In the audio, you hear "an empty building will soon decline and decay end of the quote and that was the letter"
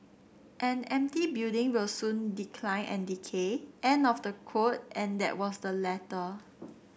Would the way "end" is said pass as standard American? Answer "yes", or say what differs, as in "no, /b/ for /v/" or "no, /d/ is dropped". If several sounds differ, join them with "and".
no, /d/ is dropped